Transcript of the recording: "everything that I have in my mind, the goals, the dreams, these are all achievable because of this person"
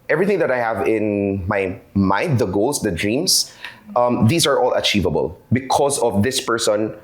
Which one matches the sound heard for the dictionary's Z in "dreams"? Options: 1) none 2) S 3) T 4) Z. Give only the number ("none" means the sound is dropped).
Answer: 2